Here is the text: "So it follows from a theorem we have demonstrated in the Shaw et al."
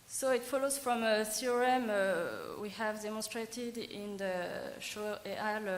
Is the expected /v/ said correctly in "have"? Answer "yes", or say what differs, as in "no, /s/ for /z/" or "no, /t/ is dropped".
yes